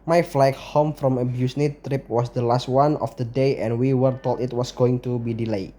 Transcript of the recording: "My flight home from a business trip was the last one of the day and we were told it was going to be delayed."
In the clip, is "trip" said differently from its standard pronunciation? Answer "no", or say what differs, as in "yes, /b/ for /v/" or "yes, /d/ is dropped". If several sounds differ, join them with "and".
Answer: no